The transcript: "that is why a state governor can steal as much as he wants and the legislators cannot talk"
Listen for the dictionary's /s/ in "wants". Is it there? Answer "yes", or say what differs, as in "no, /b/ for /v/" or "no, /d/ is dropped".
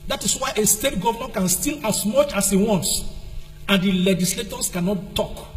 yes